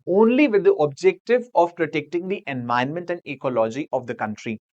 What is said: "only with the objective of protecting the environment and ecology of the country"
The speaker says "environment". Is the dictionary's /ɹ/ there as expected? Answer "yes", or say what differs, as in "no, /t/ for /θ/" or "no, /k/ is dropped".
no, /ɹ/ is dropped